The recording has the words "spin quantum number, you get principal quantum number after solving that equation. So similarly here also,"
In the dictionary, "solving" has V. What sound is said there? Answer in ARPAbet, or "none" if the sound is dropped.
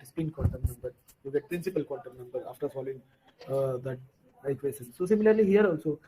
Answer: none